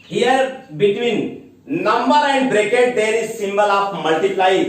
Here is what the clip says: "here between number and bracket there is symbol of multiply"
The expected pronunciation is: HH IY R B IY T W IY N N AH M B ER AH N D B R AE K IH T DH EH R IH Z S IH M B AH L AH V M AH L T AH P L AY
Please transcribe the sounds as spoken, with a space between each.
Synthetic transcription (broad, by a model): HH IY R B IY T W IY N N AH M B ER AH N D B R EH K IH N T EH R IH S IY M B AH L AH P M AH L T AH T L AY